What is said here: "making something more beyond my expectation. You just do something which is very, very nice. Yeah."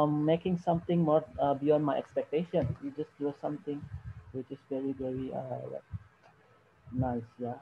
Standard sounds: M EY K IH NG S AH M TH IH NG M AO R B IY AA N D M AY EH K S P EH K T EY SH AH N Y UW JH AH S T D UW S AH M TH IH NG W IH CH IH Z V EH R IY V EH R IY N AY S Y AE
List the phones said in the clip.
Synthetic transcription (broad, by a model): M EY K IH NG S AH M T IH NG M AO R B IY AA N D M AY EH K S P EH K T EY SH AH N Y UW JH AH S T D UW S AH M T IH NG W IH CH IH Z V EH R IY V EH R IY N AY S Y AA